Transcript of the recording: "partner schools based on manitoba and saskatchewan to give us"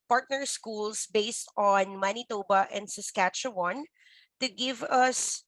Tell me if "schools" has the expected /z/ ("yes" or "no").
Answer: no